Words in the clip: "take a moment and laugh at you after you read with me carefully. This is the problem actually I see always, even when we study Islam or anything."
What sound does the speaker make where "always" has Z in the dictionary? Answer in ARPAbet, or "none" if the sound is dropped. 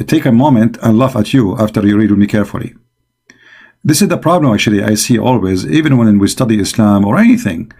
Z